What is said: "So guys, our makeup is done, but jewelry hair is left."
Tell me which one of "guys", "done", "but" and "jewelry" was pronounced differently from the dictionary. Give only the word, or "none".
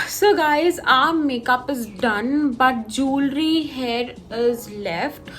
none